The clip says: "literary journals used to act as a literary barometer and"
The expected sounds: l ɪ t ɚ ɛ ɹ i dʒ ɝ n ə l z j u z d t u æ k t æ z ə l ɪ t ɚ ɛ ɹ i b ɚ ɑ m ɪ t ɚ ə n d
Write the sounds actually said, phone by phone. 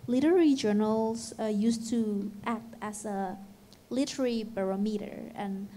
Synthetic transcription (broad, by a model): l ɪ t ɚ ɹ i dʒ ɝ n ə l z j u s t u æ k t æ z ə l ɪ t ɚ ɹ i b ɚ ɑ m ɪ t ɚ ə n